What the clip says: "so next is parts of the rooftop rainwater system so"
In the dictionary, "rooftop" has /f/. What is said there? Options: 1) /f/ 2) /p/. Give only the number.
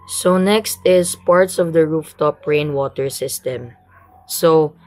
1